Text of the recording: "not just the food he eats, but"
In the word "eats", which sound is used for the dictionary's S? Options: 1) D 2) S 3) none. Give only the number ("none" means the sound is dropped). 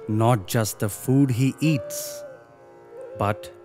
2